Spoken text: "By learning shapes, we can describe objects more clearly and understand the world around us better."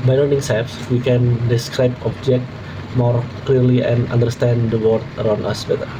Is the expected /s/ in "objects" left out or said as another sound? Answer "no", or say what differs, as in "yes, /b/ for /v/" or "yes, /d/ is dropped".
yes, /s/ is dropped